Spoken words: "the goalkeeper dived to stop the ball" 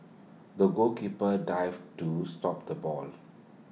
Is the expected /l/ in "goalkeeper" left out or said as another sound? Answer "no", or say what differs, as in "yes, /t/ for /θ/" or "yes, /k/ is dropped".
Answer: yes, /l/ is dropped